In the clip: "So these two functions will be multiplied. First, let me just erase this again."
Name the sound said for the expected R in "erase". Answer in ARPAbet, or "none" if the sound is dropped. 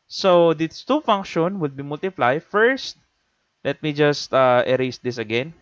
R